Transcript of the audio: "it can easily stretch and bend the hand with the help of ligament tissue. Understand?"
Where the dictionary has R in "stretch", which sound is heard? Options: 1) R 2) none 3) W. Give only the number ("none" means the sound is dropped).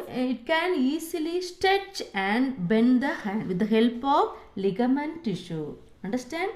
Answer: 2